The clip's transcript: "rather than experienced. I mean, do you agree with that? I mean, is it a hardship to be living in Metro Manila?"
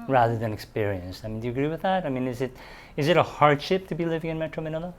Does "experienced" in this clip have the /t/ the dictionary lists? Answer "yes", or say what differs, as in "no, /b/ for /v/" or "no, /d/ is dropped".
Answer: yes